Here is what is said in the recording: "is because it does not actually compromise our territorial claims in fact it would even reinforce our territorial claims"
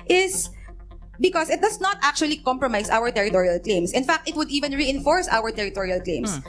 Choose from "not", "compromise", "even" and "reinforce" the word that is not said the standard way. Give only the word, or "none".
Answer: compromise